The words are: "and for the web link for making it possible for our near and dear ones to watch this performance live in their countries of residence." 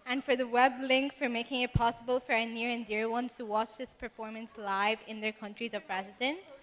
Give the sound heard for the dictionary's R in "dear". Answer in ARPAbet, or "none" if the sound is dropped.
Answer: R